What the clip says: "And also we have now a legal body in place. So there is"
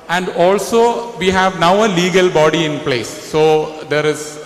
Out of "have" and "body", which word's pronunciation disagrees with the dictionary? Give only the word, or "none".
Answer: none